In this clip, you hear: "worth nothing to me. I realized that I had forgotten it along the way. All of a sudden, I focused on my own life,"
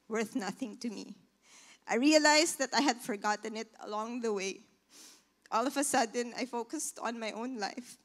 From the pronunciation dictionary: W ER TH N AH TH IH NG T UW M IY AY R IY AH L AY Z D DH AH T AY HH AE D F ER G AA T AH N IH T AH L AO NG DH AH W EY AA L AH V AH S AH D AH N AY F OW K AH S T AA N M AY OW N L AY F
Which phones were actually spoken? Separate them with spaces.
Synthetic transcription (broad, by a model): W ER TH N AH TH IH NG T UW M IY AY R IY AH L AY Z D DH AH T AY HH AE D F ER G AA T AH N IH T AH L AO NG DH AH W EY AA L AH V AH S AH D AH N AY F OW K AH S T AA N M AY OW N L AY F